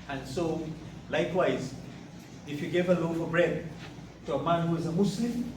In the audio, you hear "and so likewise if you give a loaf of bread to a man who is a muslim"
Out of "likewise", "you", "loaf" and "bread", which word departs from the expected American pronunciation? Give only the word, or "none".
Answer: none